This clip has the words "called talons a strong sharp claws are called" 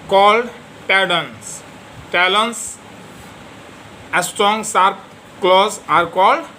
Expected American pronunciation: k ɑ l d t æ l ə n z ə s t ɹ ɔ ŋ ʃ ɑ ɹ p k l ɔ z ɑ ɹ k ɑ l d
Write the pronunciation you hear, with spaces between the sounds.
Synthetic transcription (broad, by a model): k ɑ l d t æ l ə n s ə s t ɹ ɔ ŋ s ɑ ɹ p k l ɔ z ɑ ɹ k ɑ l d